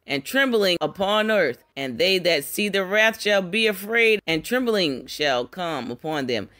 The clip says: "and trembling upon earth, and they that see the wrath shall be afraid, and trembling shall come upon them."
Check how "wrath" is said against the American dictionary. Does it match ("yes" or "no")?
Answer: yes